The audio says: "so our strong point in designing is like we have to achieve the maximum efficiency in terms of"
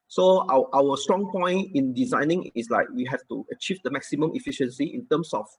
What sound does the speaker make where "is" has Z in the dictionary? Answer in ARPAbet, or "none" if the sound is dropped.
S